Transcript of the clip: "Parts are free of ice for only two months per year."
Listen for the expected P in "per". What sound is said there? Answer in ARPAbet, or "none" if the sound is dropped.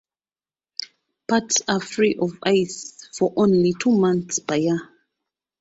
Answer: B